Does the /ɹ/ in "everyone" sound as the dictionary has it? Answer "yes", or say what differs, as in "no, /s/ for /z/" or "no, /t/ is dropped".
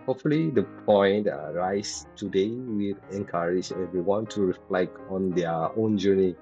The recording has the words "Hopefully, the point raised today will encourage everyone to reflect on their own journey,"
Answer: no, /w/ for /ɹ/